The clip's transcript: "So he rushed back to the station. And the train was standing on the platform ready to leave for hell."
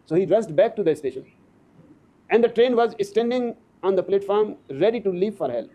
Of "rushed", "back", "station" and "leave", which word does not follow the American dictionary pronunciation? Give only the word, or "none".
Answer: rushed